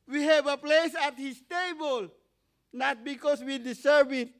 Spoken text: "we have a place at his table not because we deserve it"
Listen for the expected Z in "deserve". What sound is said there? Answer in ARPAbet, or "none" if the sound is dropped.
S